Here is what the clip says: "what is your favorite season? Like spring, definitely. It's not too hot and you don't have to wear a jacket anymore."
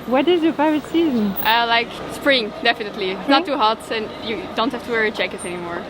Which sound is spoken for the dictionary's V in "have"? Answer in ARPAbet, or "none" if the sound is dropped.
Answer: F